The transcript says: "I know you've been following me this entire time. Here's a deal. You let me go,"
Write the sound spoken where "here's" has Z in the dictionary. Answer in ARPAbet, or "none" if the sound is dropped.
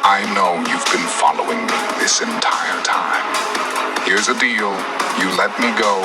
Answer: Z